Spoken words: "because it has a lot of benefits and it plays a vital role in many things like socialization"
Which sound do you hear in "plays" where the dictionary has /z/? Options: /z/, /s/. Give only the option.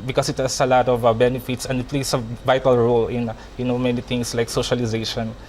/s/